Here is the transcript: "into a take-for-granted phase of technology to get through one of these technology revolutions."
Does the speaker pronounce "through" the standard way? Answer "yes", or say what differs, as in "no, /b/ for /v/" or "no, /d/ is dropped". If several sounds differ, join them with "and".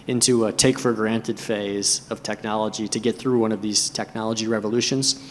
yes